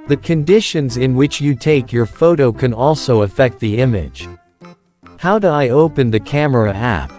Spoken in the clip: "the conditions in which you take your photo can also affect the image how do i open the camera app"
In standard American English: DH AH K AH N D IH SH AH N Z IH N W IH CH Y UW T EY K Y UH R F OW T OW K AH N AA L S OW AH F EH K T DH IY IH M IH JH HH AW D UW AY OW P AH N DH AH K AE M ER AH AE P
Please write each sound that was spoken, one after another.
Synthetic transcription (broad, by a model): DH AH K AH N D IH SH AH N Z IH N W IH CH Y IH T EY K Y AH R F OW T OW K AH N AA L S OW AH F EH K T DH IY IH M IH JH HH AW D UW AY OW P AH N DH AH K AE M ER AH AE P